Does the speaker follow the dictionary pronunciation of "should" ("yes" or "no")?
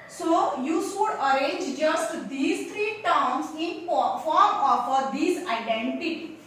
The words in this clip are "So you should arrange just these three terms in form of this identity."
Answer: no